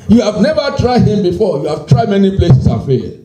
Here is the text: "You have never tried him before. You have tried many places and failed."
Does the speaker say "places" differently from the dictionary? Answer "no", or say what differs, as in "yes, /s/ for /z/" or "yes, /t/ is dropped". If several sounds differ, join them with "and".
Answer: yes, /s/ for /z/